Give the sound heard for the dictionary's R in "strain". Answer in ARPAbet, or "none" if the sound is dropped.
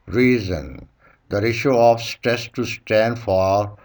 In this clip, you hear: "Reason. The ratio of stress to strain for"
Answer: none